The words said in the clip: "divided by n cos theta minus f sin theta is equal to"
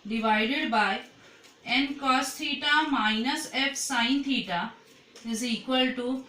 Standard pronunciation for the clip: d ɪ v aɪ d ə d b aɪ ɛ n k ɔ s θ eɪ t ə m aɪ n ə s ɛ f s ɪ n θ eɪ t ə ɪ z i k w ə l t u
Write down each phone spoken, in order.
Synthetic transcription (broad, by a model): d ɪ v aɪ d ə d b aɪ ɛ n k ɔ s t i t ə m aɪ n ə s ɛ p s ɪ n t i t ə ɪ z i k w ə l t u